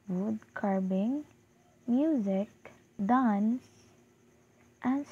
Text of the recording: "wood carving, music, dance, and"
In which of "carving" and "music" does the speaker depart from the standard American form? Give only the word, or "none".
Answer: carving